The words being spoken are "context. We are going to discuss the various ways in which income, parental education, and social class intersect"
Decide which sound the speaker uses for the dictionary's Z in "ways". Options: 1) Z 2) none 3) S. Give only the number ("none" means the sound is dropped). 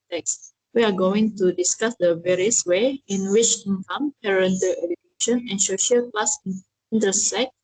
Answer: 2